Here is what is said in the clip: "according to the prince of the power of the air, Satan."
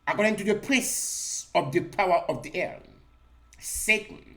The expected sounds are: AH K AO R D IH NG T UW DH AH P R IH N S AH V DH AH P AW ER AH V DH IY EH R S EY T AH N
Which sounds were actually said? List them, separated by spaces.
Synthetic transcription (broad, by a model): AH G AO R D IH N T UW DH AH P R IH S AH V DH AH P AW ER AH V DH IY EH R S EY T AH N